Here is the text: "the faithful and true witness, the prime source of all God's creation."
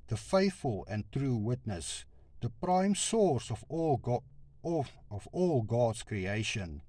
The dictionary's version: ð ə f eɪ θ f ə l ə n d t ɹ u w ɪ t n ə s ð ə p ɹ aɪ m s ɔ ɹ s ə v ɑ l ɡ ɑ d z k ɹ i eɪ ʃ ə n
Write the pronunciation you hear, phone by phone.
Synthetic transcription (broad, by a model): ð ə f eɪ θ f ə l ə n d t ɹ u w ɪ t n ə s ð ə p ɹ aɪ m s ɔ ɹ s ə v ɑ l ɡ ɑ d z k ɹ i eɪ ʃ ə n